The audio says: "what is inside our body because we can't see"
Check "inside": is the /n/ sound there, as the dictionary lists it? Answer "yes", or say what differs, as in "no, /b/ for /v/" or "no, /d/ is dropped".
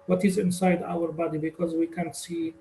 yes